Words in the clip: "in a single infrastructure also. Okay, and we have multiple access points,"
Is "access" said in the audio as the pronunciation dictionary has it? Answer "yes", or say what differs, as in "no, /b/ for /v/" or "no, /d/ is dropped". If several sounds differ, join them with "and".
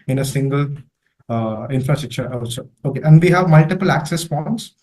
yes